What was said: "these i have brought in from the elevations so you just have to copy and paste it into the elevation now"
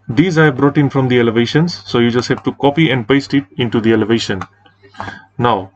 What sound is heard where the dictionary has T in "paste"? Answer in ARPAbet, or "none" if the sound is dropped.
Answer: T